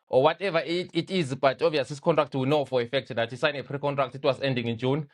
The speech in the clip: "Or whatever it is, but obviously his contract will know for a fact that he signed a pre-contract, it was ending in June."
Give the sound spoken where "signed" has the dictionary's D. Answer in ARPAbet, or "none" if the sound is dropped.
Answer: none